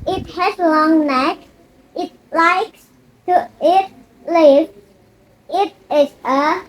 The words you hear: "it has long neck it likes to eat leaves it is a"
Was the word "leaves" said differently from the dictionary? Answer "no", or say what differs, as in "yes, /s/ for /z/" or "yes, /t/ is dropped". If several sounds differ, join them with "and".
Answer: yes, /z/ is dropped